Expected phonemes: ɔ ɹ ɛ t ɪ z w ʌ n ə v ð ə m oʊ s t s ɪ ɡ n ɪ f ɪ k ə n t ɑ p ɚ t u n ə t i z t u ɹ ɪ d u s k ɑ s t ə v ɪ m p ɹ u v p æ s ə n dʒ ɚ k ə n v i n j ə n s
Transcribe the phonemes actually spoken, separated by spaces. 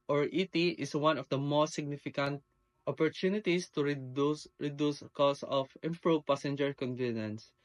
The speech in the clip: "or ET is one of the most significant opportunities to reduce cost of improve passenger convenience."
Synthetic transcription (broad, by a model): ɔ ɹ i t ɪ s w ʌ n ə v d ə m oʊ s t s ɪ ɡ n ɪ f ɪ k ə n t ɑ p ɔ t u n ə t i s t u ɹ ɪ d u s k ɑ s ə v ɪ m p ɹ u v p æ s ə n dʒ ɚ k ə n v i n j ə n s